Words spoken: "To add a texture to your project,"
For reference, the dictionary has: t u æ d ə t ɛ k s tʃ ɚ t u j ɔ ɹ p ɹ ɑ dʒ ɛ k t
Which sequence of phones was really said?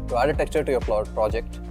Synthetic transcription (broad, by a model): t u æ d ə t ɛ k tʃ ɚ t u j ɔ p p ɹ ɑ dʒ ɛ k t